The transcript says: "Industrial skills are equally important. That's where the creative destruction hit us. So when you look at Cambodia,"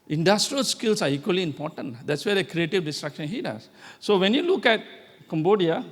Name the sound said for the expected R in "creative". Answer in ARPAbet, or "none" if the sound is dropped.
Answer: R